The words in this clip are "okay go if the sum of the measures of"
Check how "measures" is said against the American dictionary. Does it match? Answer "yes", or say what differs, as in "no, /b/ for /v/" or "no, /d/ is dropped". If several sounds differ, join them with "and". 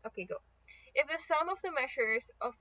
no, /ʃ/ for /ʒ/